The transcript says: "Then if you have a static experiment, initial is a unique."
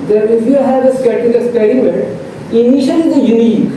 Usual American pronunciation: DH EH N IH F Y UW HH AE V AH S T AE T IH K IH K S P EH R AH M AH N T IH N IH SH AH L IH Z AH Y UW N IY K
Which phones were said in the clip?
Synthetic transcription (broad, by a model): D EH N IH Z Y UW HH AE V AH S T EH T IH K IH S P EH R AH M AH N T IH N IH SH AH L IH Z AH Y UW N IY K